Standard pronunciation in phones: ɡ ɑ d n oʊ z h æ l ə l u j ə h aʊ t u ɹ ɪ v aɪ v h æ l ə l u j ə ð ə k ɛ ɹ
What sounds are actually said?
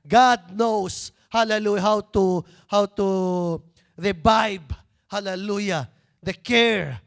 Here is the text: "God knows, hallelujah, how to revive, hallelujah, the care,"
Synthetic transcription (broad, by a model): ɡ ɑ d n oʊ s h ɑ l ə l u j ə h aʊ t u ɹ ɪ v aɪ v h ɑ l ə l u j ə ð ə k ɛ ɹ